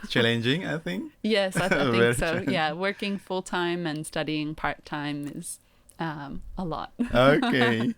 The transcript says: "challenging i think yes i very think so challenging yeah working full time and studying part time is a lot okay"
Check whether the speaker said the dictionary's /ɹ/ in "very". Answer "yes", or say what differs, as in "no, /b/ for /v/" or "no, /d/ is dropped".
no, /ɹ/ is dropped